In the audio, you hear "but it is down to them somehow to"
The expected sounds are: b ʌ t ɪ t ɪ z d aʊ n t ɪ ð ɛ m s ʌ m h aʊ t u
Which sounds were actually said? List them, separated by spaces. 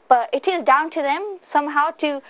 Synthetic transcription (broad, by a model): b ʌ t ɪ t ɪ z d aʊ n t ɪ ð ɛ m s ʌ m h aʊ t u